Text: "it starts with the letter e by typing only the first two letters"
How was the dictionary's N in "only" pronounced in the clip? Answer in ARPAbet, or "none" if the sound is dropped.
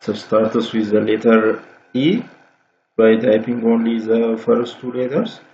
N